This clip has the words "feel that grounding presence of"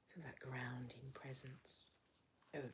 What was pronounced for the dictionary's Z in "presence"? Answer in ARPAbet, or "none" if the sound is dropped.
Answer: Z